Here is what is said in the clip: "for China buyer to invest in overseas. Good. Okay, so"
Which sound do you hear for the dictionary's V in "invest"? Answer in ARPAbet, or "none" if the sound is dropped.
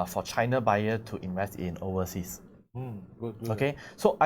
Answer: V